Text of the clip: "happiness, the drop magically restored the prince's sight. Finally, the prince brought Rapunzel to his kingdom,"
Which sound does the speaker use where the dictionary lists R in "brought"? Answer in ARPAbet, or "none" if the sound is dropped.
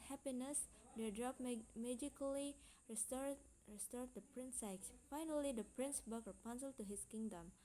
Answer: none